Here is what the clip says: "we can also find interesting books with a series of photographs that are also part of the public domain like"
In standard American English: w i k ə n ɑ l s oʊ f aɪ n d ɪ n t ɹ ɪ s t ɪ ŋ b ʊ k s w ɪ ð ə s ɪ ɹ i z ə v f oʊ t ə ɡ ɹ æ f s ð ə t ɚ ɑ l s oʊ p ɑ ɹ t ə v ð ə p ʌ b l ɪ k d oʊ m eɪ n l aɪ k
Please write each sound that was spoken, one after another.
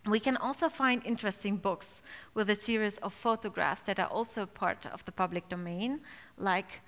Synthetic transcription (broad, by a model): w i k ə n ɑ l s oʊ f aɪ n d ɪ n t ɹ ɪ s t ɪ ŋ b ʊ k s w ɪ ð ə s ɪ ɹ i z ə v f oʊ t ə ɡ ɹ æ f s ð ə t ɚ ɑ l s oʊ p ɑ ɹ t ə v ð ə p ʌ b l ɪ k d oʊ m eɪ n l aɪ k